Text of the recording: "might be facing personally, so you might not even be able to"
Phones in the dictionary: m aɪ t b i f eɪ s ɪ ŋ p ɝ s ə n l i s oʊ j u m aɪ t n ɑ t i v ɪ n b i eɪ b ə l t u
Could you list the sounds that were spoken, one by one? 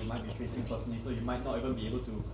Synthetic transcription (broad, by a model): m aɪ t b i f eɪ s ɪ ŋ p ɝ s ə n i s oʊ j u m aɪ t n ɑ t i v ɪ n b i eɪ b ə l t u